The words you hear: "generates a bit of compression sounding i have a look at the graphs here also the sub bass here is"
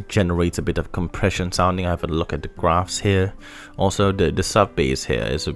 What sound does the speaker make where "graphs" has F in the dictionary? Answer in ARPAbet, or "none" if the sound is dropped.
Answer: F